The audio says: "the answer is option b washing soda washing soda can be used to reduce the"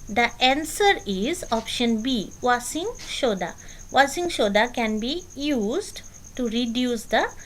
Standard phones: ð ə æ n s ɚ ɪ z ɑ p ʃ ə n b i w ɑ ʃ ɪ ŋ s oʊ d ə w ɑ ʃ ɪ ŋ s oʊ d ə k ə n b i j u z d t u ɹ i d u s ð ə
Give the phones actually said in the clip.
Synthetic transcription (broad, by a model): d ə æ n s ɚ ɪ z ɑ p ʃ ə n b i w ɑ s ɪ ŋ ʃ oʊ d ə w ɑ s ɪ ŋ ʃ oʊ d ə k ə n b i j u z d t u ɹ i d u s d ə